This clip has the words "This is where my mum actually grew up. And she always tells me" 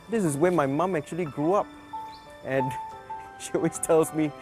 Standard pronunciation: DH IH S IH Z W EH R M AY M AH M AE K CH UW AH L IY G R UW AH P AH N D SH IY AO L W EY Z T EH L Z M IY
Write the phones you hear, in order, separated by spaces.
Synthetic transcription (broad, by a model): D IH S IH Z W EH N M AY M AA M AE K CH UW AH L IY G R UW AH P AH N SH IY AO W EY S T EH L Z M IY